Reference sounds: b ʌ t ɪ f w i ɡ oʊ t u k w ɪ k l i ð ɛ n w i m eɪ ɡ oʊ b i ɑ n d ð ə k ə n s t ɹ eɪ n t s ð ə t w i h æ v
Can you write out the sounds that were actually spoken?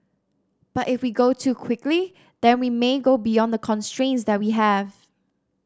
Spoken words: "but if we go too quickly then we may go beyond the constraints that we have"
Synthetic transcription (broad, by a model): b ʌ t ɪ f w i ɡ oʊ t u k w ɪ k l i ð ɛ n w i m eɪ ɡ oʊ b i ɑ n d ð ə k ə n s t ɹ eɪ n t s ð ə t w i h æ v